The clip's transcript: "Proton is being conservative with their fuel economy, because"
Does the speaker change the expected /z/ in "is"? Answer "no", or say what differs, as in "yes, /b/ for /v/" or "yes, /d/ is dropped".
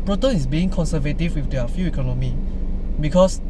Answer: yes, /s/ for /z/